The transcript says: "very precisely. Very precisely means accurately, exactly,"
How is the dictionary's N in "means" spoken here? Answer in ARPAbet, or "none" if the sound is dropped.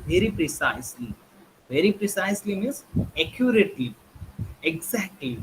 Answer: none